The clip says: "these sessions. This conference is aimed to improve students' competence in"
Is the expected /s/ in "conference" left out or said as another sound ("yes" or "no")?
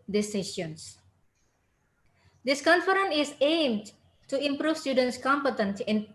yes